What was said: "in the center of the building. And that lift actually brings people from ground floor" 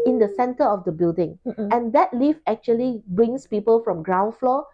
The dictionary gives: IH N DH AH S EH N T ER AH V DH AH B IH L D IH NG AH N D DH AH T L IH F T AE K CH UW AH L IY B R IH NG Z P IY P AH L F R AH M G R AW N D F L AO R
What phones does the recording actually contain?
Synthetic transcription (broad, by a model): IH N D AH S EH N T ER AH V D AH B IH L D IH NG AH N D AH T L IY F AE K CH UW AH L IY B R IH NG S P IY P AH L F R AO M G R AW N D F L AO